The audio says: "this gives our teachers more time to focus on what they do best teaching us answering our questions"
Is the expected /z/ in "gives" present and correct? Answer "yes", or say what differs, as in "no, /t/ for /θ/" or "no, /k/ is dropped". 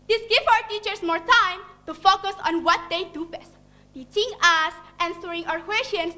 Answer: no, /z/ is dropped